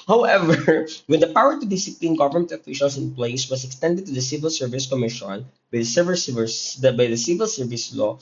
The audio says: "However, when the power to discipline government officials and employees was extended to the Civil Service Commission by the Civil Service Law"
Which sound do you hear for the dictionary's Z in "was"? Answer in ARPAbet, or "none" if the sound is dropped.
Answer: S